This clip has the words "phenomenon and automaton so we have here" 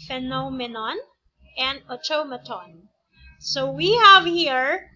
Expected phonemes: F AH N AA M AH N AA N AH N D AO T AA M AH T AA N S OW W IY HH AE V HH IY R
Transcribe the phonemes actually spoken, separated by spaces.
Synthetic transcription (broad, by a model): F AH N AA M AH N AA N AH N D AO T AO M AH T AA N S OW W IY HH AE V HH IY R